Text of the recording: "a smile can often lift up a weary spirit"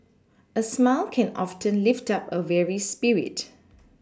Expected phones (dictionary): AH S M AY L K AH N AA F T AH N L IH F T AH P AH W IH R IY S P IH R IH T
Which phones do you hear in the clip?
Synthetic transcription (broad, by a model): AH S M AY L K AH N AA F T AH N L IH F T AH P AH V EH R IY S P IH R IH T